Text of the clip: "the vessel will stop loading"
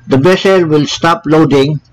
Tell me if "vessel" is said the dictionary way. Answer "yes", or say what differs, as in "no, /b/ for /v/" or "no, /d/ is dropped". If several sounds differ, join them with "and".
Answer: no, /b/ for /v/